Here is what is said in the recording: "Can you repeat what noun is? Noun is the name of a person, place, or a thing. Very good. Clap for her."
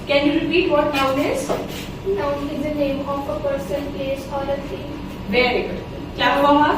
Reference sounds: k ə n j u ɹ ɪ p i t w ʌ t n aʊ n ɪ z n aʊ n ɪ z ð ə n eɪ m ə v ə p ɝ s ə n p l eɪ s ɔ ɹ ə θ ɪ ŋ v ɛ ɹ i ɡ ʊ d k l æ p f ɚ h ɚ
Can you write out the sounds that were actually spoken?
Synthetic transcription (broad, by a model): k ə n j u ɹ ɪ p i t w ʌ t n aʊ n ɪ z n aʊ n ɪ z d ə n eɪ m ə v ə p ɝ s ə n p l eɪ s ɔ l ə t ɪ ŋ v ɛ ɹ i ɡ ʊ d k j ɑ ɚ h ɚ